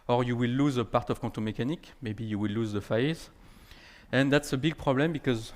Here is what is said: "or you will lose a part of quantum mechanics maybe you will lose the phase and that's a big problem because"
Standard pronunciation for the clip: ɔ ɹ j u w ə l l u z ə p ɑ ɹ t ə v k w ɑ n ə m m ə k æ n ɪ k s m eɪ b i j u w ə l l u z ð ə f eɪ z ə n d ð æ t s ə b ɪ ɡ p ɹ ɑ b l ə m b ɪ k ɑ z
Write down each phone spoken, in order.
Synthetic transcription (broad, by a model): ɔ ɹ j u w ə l l u z ə p ɑ ɹ t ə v k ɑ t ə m m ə k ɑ n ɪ k m eɪ b i j u w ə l l u z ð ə f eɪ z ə n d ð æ t s ə b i ɡ p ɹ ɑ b l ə m b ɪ k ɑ z